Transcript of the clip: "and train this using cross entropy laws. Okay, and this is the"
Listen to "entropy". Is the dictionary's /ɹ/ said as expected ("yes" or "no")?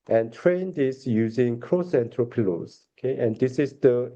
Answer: yes